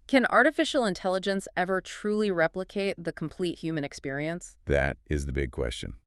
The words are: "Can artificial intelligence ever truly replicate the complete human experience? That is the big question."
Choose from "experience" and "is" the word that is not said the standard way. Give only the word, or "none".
none